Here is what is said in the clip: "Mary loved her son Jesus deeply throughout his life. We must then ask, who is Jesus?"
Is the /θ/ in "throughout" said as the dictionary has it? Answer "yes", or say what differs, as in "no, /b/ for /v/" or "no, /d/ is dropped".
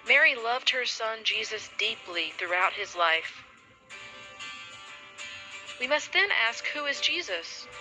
yes